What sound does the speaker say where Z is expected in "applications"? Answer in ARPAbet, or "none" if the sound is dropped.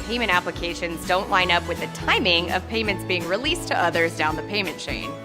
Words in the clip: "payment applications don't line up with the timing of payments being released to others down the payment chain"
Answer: Z